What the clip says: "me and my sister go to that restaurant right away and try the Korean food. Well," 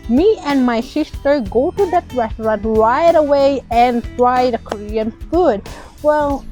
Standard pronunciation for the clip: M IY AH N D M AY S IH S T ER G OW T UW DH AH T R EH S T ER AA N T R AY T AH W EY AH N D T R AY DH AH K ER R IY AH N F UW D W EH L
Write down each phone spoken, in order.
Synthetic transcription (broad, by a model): M IY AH N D M AY SH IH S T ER G OW T UW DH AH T R EH S T ER AA N T L AY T AH W EY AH N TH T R AY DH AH K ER R IY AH N F UW D W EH L